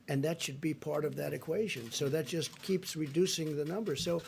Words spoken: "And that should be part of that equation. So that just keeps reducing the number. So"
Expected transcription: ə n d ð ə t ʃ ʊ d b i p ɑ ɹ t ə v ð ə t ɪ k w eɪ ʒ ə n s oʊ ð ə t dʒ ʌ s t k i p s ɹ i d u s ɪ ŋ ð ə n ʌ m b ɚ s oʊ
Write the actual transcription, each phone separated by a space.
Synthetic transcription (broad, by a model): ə n ð ə t ʃ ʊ d b i p ɑ ɹ t ə v ð ə t ɪ k w eɪ ʒ ə n s oʊ ð ə t dʒ ʌ s t k i p s ɹ i d u s ɪ ŋ ð ə n ʌ m b ɚ s oʊ